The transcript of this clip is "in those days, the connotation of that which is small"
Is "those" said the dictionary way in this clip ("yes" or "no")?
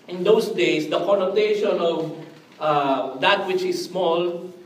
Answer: no